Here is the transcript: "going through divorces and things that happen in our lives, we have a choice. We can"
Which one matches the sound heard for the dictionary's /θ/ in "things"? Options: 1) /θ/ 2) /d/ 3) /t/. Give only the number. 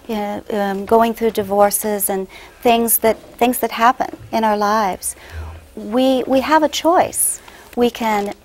1